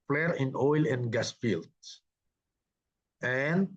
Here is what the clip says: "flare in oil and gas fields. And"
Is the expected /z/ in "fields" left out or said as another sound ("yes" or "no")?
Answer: yes